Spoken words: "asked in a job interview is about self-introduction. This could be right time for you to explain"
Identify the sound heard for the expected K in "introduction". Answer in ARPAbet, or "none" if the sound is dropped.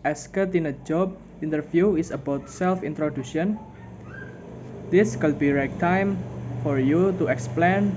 none